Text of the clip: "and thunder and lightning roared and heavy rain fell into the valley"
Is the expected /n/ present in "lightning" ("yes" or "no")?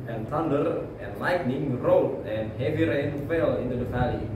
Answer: yes